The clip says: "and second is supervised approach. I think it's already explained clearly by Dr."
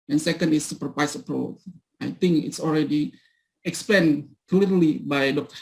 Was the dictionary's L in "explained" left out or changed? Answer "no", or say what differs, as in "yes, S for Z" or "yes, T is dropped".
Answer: yes, L is dropped